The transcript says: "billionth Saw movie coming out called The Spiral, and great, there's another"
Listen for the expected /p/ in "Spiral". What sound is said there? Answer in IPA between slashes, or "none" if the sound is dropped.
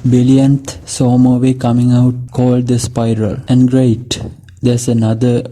/p/